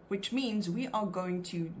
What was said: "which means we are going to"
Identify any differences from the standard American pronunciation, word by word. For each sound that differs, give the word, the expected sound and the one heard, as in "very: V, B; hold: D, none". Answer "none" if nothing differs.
none